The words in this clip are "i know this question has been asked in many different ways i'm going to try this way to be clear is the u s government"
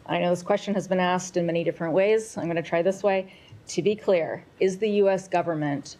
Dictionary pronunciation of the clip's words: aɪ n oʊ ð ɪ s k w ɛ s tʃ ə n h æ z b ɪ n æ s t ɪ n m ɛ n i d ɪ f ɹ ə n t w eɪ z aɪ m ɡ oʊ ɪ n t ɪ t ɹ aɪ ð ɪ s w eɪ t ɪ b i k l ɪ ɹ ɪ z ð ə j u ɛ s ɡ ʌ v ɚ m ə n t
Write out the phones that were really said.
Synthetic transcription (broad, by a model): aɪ n oʊ ð ɪ s k w ɛ s tʃ ə n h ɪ z b ɪ n æ s t ɪ n m ɛ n i d ɪ f ɹ ə n t w eɪ z aɪ m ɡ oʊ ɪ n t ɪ t ɹ aɪ ð ɪ s w eɪ t ɪ b i k l ɪ ɹ ɪ z ð ə j u ɛ s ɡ ʌ v ɚ m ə n t